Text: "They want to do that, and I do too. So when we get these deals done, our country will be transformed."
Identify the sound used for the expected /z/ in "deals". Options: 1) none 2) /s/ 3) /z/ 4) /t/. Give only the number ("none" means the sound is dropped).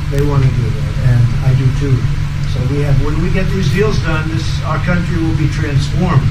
3